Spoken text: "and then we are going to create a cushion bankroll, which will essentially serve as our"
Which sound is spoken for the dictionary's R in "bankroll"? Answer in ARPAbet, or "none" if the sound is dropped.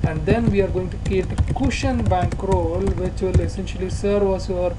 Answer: R